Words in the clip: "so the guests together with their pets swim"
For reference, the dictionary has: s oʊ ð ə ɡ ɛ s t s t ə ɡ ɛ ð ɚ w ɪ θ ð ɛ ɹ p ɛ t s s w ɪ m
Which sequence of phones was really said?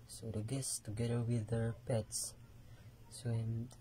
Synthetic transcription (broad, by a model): s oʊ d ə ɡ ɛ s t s t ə ɡ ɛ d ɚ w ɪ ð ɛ ɹ p ɛ t s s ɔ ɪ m